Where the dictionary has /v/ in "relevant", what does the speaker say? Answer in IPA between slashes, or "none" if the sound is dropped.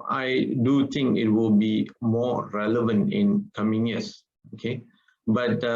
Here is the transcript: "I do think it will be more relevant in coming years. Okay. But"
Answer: /v/